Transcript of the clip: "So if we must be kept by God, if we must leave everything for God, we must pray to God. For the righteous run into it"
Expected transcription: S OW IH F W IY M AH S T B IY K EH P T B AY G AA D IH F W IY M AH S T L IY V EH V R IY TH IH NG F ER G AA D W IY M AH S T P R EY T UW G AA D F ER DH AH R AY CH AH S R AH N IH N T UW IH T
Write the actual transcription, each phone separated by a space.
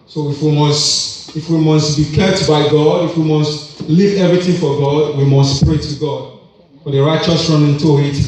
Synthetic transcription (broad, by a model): S OW IH F W IY M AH S T B IY K EH P T B AY G AA D IH F W IY M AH S T L IY V EH V R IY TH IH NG F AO G AA D W IY M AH S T P R EY T UW G AA D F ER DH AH R AY CH AH S R AH N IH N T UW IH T